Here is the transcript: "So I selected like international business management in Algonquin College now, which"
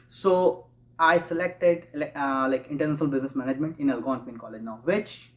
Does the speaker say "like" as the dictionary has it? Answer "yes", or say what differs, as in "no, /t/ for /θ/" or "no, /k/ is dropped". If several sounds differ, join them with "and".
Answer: yes